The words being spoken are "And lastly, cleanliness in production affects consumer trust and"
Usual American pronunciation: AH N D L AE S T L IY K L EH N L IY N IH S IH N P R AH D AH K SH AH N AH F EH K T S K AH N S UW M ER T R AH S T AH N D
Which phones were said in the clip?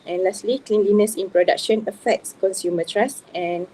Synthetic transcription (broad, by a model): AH N L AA S T L IY K L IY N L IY N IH S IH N P R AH D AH K SH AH N AH F EH K T S K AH N S UW M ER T R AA S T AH N